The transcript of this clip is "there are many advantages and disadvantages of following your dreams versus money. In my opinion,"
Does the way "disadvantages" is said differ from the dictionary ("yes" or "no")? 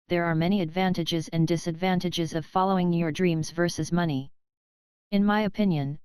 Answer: no